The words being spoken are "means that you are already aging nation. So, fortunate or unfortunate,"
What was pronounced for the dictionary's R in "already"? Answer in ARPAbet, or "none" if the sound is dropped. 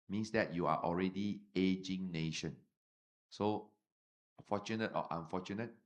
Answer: R